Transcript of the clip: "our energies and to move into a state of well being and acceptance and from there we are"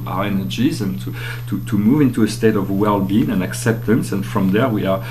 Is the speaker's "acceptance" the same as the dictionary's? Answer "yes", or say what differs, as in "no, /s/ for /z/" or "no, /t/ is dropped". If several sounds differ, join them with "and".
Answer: yes